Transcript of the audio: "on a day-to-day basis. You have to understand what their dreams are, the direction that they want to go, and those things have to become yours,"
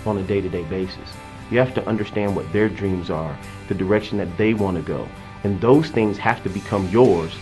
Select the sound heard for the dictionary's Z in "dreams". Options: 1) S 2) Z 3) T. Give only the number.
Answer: 2